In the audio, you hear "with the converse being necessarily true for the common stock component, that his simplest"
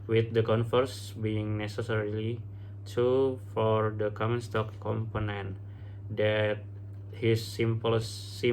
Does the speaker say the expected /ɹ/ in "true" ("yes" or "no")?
no